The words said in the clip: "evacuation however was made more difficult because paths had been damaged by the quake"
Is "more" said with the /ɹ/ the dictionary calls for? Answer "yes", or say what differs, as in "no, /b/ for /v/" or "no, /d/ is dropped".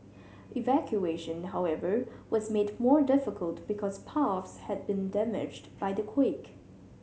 yes